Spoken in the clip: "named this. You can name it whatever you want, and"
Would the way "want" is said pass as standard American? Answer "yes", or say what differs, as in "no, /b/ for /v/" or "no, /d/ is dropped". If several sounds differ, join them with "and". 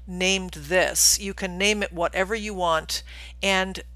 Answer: yes